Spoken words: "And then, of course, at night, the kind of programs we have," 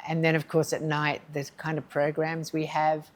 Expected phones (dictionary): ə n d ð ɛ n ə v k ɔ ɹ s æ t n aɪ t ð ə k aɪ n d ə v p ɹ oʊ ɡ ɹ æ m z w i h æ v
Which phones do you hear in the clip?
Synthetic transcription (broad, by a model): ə n ð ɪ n ə v k ɔ ɹ s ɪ t n aɪ t ð ə k aɪ n d ə v p ɹ oʊ ɡ ɹ æ m z w i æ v